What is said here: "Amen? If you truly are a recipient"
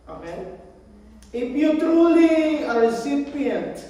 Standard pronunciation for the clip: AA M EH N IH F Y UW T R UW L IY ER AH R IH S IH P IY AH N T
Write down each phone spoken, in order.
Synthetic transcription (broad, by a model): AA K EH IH P Y UW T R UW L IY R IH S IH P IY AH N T